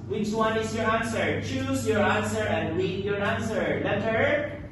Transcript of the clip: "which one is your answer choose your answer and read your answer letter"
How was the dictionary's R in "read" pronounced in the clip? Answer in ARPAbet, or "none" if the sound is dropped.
W